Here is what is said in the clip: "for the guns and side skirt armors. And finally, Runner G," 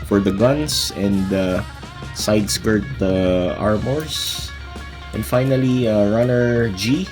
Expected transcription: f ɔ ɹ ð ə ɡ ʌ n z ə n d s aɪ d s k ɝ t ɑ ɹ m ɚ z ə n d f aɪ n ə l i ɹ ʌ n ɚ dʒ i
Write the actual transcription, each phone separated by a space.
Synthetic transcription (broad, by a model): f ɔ ɹ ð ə ɡ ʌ n s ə n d s aɪ d s k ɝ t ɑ ɹ m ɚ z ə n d f aɪ n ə l i ɹ ʌ n ɚ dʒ i